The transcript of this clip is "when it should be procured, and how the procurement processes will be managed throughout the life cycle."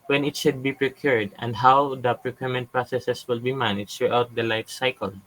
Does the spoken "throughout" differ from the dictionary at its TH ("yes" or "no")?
yes